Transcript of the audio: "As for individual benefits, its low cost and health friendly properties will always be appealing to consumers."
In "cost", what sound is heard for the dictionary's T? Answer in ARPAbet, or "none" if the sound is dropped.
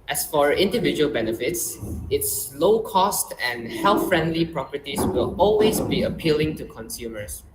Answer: T